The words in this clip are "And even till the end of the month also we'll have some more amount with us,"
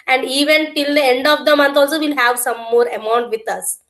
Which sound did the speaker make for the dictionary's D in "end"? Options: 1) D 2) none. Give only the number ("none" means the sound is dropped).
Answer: 1